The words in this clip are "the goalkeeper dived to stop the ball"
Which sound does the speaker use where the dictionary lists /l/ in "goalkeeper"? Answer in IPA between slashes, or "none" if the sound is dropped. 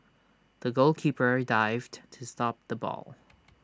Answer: /l/